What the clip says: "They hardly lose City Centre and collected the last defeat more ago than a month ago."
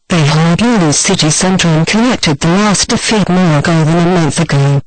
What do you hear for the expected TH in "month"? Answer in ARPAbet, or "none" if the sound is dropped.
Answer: TH